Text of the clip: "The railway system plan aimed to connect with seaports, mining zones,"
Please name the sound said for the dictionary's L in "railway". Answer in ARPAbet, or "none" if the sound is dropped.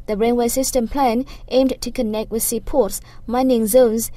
N